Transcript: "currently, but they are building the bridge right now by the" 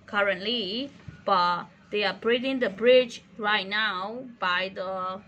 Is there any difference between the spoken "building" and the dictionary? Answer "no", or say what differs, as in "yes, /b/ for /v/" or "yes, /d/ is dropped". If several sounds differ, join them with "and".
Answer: yes, /l/ is dropped